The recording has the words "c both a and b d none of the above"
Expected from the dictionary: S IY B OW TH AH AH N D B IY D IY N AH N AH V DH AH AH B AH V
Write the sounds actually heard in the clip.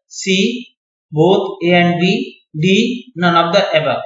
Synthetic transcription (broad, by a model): S IY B OW T AH AH N D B IY D IY N AH N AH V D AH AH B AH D